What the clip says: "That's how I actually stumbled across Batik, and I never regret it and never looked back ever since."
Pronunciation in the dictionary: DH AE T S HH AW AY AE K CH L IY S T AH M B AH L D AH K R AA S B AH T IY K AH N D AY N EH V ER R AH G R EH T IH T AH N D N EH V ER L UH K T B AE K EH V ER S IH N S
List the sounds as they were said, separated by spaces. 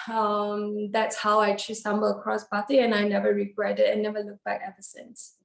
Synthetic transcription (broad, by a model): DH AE T S HH AW AY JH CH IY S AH M B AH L AH K R AA S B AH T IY AH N AY N EH V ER R AH G R EH T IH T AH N N EH V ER L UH K B AE K EH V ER S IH N S